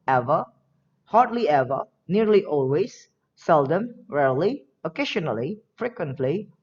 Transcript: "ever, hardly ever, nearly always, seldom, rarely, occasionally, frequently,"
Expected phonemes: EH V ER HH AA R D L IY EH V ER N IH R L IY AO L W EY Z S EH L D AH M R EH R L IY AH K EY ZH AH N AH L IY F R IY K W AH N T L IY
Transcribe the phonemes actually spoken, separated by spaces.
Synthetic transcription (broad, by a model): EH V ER HH AA R D L IY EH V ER N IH R L IY AO L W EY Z S EH L D AH M R EH R L IY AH K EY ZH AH N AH L IY F R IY K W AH N T L IY